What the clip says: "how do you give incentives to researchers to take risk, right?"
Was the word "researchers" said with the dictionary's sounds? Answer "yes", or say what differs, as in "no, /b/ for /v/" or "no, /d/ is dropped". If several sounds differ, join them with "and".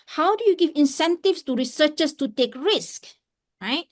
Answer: no, /s/ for /z/